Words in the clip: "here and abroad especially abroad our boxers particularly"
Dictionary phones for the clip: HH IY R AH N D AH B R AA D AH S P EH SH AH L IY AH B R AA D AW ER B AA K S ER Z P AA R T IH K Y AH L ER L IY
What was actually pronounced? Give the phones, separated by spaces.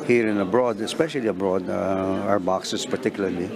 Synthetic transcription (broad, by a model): HH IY R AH N AH B R AA D AH S P EH SH AH L IY AH B R AA D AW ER B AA K S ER S P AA R T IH K Y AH L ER L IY